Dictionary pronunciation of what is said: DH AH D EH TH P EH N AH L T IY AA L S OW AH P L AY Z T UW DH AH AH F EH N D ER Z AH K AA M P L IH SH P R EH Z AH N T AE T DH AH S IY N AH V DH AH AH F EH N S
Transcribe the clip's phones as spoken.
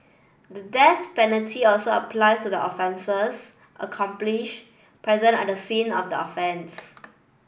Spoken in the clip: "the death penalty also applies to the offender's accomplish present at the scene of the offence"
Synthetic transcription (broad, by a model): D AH D EH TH P EH N AH L T IY AA L S OW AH P L AY S T UW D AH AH F EH N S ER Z AH K AA M P L IH SH P R EH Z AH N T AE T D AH S IY N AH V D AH AH F EH N S